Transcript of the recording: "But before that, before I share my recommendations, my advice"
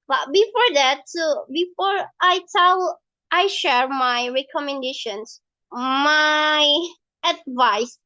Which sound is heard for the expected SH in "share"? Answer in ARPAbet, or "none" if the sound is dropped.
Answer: SH